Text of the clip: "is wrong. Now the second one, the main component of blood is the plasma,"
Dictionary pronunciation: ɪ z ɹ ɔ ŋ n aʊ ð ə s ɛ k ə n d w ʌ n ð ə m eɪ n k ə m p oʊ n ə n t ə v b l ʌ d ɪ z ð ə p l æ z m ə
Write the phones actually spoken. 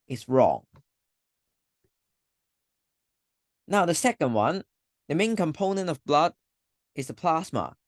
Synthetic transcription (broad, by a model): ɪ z ɹ ɔ ŋ n aʊ ð ə s ɛ k ə n d w ʌ n ð ə m eɪ n k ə m p oʊ n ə n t ə v b l ʌ d ɪ z ð ə p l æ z m ə